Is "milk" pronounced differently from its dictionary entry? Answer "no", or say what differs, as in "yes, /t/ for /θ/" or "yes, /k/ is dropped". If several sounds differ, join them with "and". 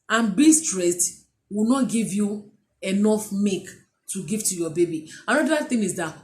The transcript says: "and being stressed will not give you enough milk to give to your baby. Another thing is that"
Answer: yes, /l/ is dropped